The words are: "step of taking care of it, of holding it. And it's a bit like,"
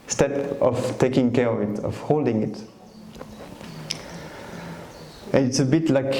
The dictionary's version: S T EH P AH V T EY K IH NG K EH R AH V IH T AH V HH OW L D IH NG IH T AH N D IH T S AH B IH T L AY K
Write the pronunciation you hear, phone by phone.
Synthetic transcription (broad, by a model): S T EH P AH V T EY K IH NG K EH R AH V IH T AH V HH OW L D IH NG IH T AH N IH T S AH B IH T L AY K